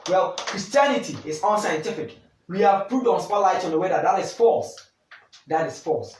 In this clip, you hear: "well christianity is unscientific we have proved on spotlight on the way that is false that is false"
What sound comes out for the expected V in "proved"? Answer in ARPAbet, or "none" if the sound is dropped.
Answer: none